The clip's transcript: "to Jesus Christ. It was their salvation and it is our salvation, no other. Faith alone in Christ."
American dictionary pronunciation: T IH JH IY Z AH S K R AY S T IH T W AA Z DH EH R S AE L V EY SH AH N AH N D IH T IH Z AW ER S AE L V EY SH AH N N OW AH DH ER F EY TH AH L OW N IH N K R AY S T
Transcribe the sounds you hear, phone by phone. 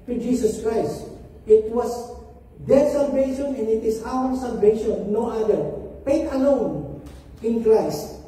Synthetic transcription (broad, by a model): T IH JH IY S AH S K R AY S T IH T W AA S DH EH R S AE L V EY SH AH N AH N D IH T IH S AW ER S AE L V EY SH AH N N OW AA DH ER P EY T AH L OW N IH N K R AY S T